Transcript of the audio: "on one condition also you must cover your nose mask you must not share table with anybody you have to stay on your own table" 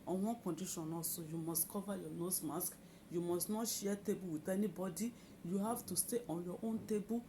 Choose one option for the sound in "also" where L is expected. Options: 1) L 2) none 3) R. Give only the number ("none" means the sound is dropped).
2